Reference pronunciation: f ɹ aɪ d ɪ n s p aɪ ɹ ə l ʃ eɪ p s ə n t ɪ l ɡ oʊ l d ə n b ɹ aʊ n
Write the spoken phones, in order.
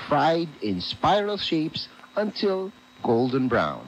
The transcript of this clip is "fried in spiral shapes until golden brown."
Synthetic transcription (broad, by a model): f ɹ aɪ d ɪ n s p aɪ ɹ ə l ʃ eɪ p s ə n t ɪ l ɡ oʊ l d ə n b ɹ aʊ n